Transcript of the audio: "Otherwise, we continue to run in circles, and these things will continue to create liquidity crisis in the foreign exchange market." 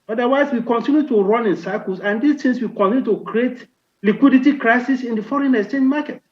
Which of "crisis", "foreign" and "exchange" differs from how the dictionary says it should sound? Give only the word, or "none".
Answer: exchange